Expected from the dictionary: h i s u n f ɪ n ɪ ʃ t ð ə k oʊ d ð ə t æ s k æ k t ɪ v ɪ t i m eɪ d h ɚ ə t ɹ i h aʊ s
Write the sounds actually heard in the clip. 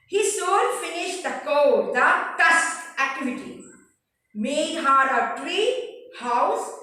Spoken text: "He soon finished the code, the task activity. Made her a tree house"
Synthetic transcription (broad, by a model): h i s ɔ l f ɪ n ɪ ʃ t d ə k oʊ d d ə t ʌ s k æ k t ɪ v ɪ t i m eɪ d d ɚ ə t ɹ i h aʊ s